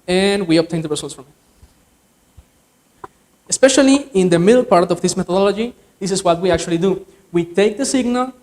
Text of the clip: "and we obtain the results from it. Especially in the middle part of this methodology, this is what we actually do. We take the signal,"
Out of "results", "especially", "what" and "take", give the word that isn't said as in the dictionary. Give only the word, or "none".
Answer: results